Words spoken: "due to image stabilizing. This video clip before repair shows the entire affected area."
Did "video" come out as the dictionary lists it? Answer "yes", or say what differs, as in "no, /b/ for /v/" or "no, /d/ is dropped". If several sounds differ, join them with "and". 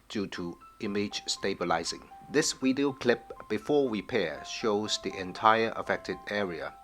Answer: no, /w/ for /v/